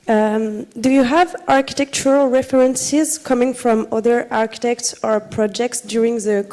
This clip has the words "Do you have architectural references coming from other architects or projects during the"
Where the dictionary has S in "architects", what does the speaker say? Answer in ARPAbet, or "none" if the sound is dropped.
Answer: S